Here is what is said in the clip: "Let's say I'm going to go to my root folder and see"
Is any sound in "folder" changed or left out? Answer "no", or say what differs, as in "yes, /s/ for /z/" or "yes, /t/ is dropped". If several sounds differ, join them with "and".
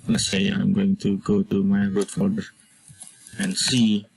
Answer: yes, /l/ is dropped